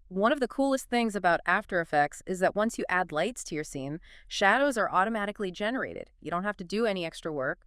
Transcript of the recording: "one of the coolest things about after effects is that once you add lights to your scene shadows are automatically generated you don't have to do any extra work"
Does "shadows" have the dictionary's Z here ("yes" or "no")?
yes